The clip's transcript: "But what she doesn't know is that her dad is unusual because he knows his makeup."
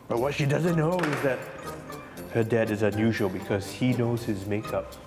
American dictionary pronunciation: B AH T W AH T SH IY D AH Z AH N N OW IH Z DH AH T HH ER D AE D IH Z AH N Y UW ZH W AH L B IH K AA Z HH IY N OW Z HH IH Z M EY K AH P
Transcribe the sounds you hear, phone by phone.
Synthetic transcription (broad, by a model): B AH T W AH T SH IY D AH Z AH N N OW IH Z DH AH T HH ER D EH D IH Z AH N Y UW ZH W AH L B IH K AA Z HH IY N OW Z HH IH Z M EY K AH P